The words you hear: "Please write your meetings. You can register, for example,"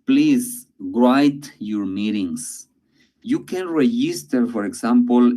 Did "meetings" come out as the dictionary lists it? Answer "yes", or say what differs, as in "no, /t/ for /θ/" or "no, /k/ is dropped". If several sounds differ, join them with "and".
no, /s/ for /z/